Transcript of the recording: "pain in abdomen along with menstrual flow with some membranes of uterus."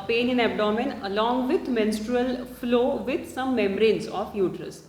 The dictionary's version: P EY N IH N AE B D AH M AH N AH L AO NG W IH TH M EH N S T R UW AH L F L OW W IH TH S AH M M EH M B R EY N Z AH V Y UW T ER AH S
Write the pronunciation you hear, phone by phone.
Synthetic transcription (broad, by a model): P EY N IH N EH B D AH M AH N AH L AO NG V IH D M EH N S T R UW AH L F L OW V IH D S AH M M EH M R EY N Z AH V Y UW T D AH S